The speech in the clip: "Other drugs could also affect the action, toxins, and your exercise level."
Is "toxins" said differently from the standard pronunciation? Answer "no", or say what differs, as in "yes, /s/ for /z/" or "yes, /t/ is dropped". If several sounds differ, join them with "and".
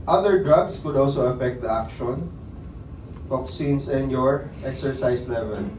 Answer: yes, /s/ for /z/